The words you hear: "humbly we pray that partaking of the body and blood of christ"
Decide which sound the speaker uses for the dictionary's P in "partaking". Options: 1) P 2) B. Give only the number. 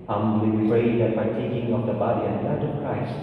2